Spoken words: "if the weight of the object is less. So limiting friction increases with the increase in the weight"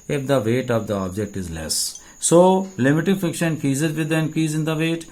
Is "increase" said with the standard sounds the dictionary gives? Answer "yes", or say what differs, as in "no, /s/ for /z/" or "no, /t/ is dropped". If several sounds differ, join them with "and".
no, /ɹ/ is dropped